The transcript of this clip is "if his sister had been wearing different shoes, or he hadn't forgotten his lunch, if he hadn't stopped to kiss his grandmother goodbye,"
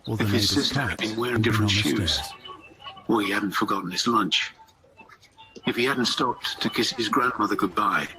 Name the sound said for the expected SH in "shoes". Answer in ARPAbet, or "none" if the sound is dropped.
SH